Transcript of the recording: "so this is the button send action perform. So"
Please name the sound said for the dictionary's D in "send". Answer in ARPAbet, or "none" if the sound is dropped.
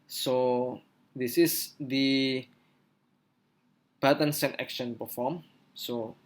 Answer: none